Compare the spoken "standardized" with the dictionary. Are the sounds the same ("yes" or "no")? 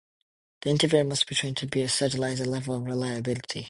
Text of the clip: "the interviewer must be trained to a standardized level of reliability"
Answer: no